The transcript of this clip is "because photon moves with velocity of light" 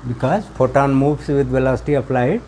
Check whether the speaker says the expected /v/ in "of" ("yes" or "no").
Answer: no